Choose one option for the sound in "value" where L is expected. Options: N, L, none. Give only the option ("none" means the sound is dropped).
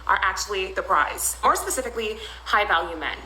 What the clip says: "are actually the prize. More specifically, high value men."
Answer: L